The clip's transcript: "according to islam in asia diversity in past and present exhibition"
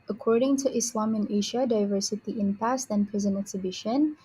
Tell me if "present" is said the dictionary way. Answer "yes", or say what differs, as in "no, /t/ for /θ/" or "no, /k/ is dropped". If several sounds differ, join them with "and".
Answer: no, /t/ is dropped